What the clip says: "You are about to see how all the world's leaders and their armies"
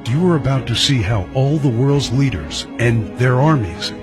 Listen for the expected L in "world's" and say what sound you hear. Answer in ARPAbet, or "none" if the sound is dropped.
L